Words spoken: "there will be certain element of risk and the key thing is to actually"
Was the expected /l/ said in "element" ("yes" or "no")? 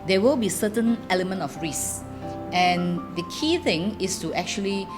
yes